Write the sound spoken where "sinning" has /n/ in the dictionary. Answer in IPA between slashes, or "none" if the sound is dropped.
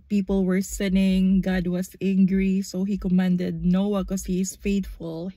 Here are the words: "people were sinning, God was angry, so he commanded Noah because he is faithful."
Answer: /n/